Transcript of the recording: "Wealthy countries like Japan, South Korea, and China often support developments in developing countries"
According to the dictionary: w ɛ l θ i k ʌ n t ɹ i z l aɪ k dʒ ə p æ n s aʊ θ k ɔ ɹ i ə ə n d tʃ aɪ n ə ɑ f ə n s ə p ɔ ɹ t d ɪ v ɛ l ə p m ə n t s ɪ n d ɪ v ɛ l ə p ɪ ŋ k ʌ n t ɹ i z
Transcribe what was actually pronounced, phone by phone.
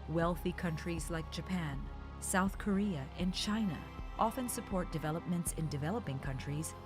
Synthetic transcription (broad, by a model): w ɛ l θ i k ʌ n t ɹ i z l aɪ k dʒ ə p æ n s aʊ θ k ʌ ɹ i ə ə n tʃ aɪ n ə ɑ f ə n s ə p ɔ ɹ t d ɪ v ɛ l ə p m ə n t s ɪ n d ɪ v ɛ l ə p ɪ ŋ k ʌ n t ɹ i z